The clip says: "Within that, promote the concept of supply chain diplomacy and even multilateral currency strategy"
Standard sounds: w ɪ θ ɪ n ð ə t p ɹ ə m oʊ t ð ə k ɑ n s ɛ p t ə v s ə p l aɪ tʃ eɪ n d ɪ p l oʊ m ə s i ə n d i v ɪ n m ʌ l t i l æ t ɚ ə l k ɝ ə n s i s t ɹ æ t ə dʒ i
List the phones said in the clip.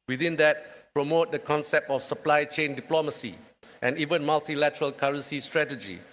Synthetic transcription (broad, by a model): w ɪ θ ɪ n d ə t p ɹ ə m oʊ t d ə k ɑ n s ɛ p t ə f s ə p l aɪ tʃ eɪ n d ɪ p l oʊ m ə s i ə n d i v ɪ n m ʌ l t i l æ t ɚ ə l k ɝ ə n s i s t ɹ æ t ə dʒ i